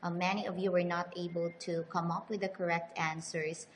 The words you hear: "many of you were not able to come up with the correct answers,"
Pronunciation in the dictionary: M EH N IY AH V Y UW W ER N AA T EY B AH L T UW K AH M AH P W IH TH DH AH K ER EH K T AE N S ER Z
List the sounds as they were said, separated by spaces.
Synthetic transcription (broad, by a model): M EH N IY AH V Y UW W ER N AA T EY B AH L T UW K AH M AH P W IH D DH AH K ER EH K T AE N S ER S